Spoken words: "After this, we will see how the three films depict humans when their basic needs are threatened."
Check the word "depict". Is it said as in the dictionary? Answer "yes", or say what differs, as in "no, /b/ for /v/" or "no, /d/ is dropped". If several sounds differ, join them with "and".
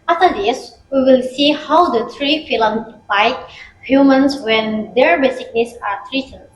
no, /p/ is dropped